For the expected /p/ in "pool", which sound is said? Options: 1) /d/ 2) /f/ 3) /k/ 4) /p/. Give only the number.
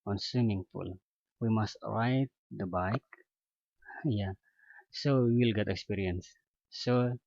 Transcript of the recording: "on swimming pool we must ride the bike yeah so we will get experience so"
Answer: 2